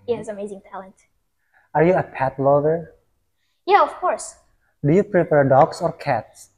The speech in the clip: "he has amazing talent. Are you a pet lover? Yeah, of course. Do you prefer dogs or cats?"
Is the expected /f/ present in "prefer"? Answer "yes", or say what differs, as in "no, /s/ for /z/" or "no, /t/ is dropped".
no, /p/ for /f/